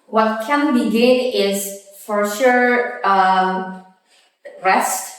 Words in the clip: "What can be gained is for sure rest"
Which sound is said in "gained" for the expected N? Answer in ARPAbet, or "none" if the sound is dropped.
none